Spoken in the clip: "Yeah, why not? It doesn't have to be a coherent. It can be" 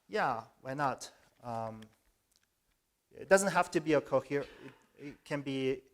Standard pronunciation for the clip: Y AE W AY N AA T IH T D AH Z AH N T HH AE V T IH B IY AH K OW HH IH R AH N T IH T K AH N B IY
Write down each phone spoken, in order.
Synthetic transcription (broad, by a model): Y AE W AY N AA T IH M D AH Z AH N T HH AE F T IH B IY AH K OW HH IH R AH T IH T K AH N B IY